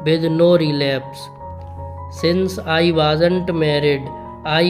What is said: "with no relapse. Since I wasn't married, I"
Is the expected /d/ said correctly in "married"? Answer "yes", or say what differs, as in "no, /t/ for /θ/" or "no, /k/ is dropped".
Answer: yes